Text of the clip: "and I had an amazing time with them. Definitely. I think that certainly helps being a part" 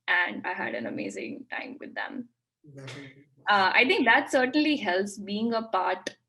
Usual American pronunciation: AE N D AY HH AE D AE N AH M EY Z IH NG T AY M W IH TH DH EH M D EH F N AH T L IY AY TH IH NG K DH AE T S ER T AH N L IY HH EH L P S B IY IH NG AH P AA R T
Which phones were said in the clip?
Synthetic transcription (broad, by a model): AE N D AY HH AE D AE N AH M EY Z IH NG T AY M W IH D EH M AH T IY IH T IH NG K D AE T S ER T AH N L IY HH EH L P S B IY IH NG AH P AA R T